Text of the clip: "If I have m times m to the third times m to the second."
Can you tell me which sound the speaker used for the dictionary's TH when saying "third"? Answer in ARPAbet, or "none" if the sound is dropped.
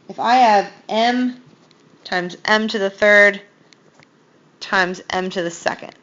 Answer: TH